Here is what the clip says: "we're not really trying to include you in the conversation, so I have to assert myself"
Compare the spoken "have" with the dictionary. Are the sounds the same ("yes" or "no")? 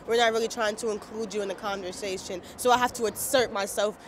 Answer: no